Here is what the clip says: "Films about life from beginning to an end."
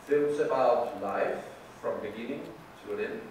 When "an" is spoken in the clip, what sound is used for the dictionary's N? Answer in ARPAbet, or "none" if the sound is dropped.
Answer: L